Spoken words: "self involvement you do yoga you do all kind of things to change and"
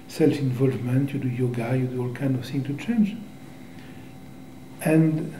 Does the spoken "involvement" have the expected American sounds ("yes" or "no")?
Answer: yes